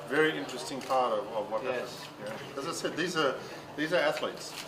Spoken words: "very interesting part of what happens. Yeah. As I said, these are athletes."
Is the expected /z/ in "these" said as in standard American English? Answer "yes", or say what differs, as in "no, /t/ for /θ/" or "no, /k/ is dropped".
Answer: yes